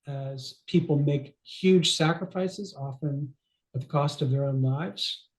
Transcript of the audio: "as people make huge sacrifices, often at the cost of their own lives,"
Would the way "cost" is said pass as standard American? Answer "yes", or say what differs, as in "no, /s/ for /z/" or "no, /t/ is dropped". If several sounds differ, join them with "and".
yes